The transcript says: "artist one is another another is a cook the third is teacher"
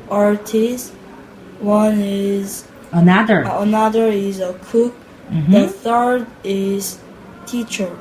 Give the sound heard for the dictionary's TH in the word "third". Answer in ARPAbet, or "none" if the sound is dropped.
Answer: TH